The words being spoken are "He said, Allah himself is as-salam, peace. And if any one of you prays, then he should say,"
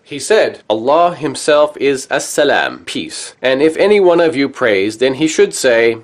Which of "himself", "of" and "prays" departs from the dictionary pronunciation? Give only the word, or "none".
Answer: none